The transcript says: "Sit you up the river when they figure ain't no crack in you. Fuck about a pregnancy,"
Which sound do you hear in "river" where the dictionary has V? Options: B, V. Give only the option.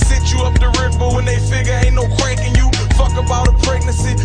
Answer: B